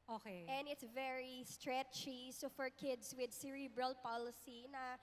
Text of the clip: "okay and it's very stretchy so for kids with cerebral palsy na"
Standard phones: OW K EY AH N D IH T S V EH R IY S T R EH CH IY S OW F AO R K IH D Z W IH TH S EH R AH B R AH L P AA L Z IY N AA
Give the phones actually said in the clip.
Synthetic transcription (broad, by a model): OW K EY AH N D IH T S V EH R IY S T R EH CH IY S OW F AO R K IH D S W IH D S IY R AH B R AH L P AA L S IY N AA